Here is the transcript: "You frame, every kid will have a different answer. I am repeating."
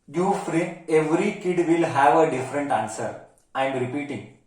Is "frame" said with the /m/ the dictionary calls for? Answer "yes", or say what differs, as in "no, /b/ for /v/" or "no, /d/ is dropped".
no, /m/ is dropped